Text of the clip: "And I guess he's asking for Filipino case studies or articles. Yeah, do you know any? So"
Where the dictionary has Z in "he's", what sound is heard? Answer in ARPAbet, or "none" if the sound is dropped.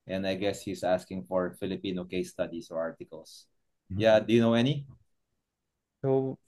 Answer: S